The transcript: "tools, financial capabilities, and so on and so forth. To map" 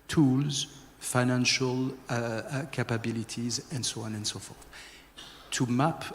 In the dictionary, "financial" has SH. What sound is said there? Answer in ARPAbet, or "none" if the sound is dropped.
SH